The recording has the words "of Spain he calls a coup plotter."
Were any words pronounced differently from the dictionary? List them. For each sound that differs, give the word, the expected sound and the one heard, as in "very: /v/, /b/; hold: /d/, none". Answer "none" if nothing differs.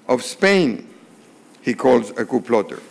none